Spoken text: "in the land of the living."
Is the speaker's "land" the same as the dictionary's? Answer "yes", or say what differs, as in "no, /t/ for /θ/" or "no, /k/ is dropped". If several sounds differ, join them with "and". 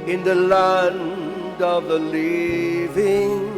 yes